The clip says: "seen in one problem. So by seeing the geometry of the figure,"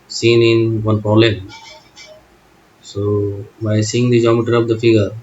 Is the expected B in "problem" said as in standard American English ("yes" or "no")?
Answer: no